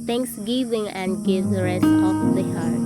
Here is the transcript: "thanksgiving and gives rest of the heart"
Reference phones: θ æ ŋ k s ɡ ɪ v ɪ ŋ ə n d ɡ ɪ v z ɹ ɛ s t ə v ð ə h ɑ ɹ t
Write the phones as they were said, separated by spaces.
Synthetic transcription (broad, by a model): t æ ŋ k s ɡ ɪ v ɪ ŋ ə n d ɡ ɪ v ɹ ɛ s t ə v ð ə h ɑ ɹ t